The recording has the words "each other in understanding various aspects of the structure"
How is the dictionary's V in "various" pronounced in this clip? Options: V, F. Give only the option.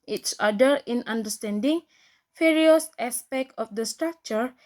F